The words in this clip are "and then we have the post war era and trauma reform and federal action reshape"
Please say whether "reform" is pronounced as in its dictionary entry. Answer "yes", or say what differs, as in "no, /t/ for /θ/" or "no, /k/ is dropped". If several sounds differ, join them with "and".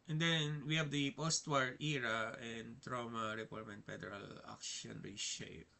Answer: no, /p/ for /f/